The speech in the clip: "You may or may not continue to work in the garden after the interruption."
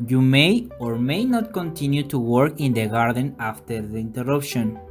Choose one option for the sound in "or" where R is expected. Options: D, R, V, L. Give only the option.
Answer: R